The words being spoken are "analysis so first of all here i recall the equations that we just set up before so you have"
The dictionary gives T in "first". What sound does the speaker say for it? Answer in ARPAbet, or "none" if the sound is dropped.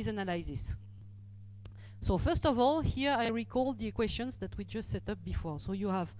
T